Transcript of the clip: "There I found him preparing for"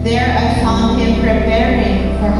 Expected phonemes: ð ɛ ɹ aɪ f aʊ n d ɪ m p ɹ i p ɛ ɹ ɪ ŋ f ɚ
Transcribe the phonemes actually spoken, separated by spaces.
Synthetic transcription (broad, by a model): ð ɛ ɹ aɪ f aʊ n ɪ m p ɹ i p ɛ ɹ ɪ ŋ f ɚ